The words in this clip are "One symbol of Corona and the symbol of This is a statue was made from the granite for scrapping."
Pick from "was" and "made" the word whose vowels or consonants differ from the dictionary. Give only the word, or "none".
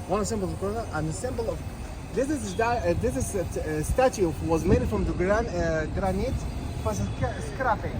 none